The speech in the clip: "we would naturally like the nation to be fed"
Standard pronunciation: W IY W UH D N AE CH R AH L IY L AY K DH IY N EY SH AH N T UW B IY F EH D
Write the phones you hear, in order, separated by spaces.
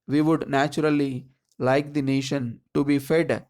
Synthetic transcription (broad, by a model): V IY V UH D N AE CH R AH L IY L AY K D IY N EY SH AH N T UW B IY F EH D